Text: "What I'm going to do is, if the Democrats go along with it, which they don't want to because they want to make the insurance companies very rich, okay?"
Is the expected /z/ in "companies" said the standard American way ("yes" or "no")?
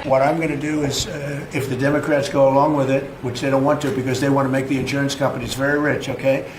yes